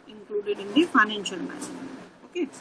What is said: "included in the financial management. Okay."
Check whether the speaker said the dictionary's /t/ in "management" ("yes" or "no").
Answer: no